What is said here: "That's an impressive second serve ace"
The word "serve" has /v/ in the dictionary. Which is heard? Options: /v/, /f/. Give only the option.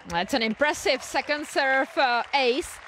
/f/